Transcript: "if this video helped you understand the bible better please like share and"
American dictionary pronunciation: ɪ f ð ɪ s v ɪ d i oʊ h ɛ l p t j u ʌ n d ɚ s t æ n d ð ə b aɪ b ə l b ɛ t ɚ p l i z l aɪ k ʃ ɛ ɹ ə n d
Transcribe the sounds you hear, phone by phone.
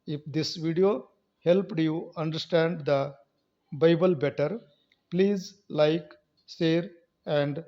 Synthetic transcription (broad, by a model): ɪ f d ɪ s v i d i oʊ h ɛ l p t j u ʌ n d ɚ s t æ n d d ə b aɪ b ə l b ɛ t ɚ p l i z l aɪ k s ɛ ɹ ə n d